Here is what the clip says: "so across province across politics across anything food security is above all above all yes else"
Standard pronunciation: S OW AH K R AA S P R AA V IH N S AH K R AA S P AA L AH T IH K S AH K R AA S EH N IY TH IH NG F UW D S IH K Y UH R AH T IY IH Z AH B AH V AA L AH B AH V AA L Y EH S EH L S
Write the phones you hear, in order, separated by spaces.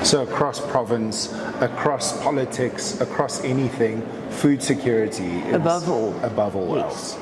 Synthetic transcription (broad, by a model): S OW AH K R AA S P R AA V IH N S AH K R AA S P AA L AH T IH K S AH K R AA S EH N IY TH IH NG F UW D S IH K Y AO R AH T IY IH AH B AH V AA L AH B AH V AA L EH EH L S